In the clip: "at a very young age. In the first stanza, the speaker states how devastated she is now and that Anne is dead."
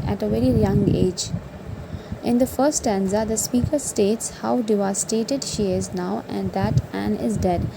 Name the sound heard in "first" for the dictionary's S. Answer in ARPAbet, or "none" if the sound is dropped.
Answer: none